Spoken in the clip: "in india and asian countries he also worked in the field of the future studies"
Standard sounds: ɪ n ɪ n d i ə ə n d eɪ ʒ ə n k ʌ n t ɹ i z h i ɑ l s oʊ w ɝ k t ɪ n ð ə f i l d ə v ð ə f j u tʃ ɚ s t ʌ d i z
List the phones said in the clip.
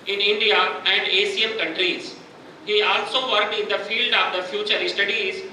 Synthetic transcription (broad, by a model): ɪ n ɪ n d i ə ə n d eɪ s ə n k ʌ n t ɹ i z h i ɑ l s oʊ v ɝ k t ɪ n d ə f i l d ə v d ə f j u tʃ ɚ s t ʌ d i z